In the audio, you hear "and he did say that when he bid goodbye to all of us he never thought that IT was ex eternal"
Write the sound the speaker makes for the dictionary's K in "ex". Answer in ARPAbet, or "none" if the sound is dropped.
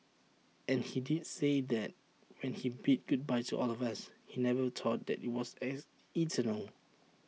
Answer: none